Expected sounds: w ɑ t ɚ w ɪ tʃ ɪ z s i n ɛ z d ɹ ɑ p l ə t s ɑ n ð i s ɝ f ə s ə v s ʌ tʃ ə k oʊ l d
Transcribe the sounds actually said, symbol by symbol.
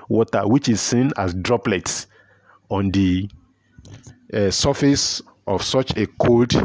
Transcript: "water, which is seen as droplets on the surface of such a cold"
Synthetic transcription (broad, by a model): w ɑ t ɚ w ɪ tʃ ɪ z s i n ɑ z d ɹ ɑ p l ə t s ɑ n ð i s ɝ f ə s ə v s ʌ tʃ ə k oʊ l d